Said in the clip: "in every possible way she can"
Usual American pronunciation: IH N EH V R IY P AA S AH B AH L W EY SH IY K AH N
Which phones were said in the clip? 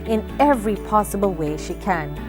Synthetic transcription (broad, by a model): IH N EH V R IY P AA S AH B L W EY SH IY K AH N